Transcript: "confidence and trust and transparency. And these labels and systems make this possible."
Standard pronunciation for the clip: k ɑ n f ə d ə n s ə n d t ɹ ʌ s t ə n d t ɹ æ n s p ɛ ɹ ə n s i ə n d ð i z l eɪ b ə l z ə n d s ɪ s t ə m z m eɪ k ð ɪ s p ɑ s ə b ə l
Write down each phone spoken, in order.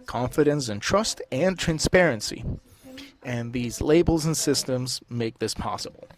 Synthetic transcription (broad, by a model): k ɑ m f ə d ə n s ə n t ɹ ʌ s t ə n t ɹ æ n s p ɛ ɹ ə n s i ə n ð i z l eɪ b l z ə n s ɪ s t ə m z m eɪ k ð ɪ s p ɑ s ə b l